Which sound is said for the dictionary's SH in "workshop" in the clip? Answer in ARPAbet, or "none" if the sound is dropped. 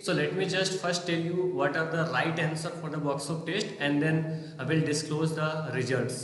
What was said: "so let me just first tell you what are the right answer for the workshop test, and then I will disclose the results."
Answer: S